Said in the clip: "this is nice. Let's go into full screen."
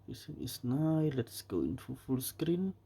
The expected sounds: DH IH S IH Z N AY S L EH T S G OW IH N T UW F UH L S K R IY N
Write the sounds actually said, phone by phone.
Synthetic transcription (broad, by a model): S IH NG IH S N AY L EH T S G OW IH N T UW F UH L S K R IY N